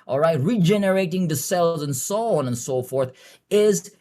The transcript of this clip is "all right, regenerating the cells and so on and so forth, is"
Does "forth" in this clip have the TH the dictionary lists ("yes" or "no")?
yes